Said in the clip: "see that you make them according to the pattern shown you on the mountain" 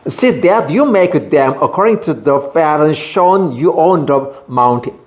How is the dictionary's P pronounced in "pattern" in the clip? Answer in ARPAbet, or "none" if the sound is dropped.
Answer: F